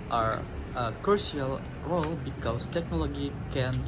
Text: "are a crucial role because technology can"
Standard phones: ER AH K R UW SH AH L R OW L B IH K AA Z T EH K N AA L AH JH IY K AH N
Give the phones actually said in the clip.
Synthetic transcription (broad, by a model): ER AH K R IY AH L R OW L B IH K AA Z T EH K N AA L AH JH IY K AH N